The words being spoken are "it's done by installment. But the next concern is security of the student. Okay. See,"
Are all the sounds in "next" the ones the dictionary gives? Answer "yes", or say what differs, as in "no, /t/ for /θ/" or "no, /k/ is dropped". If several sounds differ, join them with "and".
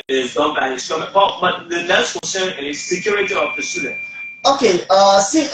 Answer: no, /k/ is dropped